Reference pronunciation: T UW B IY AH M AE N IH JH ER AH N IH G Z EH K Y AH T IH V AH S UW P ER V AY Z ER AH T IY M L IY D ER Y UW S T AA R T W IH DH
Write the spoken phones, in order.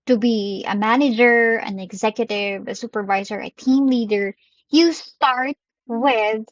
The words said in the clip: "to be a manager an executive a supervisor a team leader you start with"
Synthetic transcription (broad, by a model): T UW B IY AH M AE N IH JH ER AH N IH G Z EH K Y AH T IH V AH S UW P ER V AY Z ER AH T IY M L IY D ER Y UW S T AA R T W IH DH